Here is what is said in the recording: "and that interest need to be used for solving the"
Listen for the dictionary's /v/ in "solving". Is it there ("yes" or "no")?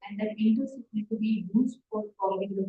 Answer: no